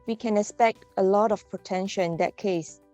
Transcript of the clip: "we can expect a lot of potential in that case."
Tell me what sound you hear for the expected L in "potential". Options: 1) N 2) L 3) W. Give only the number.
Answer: 1